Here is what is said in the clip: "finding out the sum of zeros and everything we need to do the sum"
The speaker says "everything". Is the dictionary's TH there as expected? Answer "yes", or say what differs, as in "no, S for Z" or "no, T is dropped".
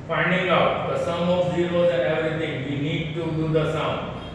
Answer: no, T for TH